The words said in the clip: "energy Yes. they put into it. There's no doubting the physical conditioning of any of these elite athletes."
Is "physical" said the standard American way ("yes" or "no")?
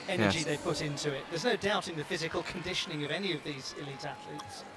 yes